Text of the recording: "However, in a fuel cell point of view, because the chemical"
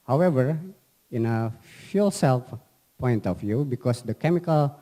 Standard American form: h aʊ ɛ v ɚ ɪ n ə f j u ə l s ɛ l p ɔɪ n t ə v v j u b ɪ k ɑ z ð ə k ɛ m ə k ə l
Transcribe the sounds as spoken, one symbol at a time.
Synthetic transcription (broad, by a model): h aʊ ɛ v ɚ ɪ n ə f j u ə l s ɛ l p ɔɪ n t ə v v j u b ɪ k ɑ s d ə k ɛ m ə k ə l